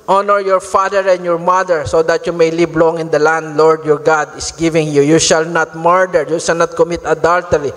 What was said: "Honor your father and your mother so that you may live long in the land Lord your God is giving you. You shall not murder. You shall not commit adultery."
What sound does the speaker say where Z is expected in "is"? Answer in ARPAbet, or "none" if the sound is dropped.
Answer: S